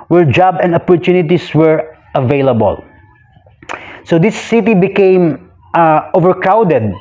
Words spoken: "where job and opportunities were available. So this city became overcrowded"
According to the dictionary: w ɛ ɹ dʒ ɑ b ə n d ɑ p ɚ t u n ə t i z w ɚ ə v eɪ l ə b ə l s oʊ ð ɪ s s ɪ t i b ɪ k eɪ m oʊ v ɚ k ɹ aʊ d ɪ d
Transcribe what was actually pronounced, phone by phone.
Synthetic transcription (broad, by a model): w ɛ ɹ dʒ ɑ b ə n d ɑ p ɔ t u n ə t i s w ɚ ə v eɪ l ə b ə l s oʊ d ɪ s s ɪ t i b ɪ k eɪ m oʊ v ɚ k ɹ aʊ d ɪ d